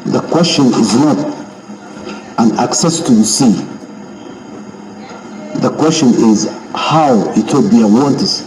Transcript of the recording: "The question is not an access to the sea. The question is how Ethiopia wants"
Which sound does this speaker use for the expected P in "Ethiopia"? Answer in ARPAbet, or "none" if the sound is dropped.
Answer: B